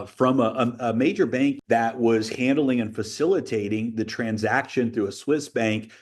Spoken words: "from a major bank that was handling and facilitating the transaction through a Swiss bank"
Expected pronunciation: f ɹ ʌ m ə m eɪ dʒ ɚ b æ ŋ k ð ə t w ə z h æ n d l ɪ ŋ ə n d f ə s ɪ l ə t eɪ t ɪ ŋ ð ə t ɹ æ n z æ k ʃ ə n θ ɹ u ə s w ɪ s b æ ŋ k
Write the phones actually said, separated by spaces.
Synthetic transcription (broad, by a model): f ɹ ʌ m ə m eɪ dʒ ɚ b æ ŋ k ð ə t w ə z h æ n d l ɪ ŋ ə n f ə s ɪ l ə t eɪ t ɪ ŋ ð ə t ɹ æ n z æ k ʃ ə n θ ɹ u ə s w ɪ s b æ ŋ k